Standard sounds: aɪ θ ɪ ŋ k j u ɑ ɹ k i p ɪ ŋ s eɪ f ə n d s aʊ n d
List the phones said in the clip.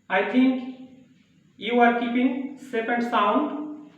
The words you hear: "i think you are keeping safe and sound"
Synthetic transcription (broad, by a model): aɪ t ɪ ŋ k j u ɑ ɹ k i p ɪ ŋ s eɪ p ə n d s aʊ n d